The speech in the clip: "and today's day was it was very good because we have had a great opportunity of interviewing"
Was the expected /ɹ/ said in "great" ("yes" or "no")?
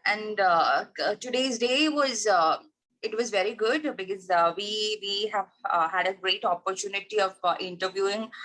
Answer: yes